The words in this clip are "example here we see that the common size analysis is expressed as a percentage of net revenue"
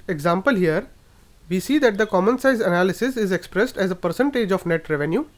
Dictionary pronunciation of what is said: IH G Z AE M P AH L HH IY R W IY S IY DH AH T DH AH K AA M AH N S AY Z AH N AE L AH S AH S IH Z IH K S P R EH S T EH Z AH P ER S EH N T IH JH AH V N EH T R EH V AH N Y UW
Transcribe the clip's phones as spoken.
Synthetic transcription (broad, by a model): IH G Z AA M P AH L HH IY R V IY S IY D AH T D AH K AA M AH N S AY Z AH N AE L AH S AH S IH Z IH K S P R EH S T EH Z AH P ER S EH N T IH JH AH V N EH T R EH V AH N Y UW